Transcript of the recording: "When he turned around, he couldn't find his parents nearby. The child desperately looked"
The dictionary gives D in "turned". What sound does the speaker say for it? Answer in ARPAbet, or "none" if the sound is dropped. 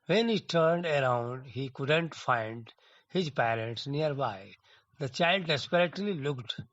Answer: D